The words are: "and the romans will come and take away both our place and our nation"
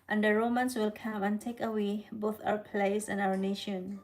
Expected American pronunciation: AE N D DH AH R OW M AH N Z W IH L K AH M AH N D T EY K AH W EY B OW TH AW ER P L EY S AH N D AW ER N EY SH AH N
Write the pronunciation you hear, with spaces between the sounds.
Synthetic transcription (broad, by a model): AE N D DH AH R OW M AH N S W IH L K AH M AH N T EY K AH W EY B OW TH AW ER P L EY S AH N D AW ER N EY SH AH N